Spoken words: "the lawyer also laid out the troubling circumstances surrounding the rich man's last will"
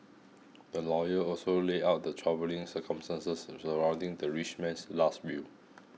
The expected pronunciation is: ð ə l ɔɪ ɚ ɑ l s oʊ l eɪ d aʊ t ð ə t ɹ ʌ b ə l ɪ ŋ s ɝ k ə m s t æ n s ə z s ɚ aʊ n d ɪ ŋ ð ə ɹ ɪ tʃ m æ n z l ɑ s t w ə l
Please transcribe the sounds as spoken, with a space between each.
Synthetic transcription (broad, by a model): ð ə l ɔɪ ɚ ɑ l s oʊ l eɪ aʊ t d ə t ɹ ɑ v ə l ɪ ŋ s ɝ k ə m s t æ n s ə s s ɚ aʊ n d ɪ ŋ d ə ɹ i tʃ m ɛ n s l ɑ s t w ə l